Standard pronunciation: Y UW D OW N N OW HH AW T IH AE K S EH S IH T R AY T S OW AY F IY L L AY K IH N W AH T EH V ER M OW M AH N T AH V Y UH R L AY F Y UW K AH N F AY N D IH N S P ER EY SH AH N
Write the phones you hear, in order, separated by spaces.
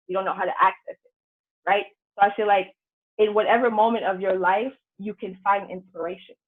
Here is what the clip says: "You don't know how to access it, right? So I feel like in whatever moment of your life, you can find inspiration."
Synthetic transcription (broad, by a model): Y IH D OW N N OW HH AW T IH AE K S EH S IH T R AY T S OW AY F IY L L AY K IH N W AH T EH V ER M OW M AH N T AH V Y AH R L AY F Y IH K AH N F AY N D IH N S P ER EY SH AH N